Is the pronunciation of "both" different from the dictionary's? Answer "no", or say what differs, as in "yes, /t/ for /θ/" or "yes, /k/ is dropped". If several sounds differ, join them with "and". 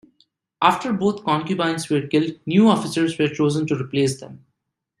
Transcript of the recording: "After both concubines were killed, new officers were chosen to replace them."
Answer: yes, /t/ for /θ/